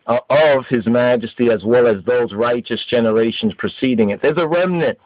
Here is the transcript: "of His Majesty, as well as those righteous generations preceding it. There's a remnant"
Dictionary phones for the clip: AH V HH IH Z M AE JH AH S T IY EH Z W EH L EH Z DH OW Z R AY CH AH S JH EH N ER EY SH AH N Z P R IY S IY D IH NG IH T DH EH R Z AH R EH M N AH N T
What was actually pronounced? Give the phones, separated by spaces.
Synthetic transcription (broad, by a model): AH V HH IH Z M AE JH AH S T IY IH Z W EH L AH Z DH OW Z R AY CH AH S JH EH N ER EY SH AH N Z P R IY S IY D IH NG IH T DH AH R Z AH R EH M N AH N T